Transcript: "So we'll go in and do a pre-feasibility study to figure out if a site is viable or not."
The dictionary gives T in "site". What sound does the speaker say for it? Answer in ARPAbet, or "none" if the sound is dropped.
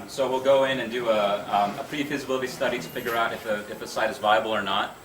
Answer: T